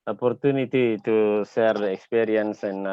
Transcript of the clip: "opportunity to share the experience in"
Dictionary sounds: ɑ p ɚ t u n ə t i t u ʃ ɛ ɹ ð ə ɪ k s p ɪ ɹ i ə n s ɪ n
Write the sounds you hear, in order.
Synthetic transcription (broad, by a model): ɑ p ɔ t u n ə t i t u s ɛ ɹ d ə k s p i ɹ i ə n s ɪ n